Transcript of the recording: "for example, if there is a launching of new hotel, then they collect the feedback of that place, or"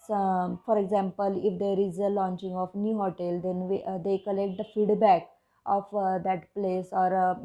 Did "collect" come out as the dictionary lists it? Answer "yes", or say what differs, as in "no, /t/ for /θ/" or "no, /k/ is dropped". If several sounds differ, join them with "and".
yes